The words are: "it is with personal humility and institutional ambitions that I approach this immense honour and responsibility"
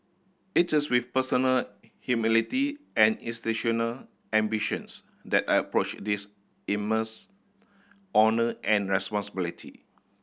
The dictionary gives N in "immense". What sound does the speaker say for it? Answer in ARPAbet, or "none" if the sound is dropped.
none